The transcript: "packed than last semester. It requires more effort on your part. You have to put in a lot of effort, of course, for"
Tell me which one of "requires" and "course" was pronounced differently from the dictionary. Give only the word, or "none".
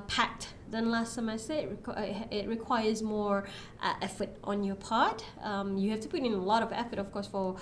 none